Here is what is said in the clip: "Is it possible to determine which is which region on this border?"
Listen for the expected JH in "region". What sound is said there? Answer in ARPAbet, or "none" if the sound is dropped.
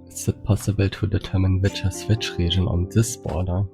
ZH